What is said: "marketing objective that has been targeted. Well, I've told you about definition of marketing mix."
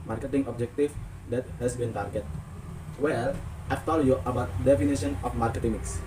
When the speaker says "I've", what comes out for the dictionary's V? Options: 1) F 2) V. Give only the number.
1